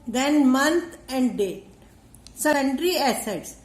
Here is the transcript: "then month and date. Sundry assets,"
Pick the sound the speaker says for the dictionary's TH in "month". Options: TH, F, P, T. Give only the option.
T